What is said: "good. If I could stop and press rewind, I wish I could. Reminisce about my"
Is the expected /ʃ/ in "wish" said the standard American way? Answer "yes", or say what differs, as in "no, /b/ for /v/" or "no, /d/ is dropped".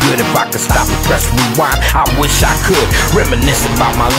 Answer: yes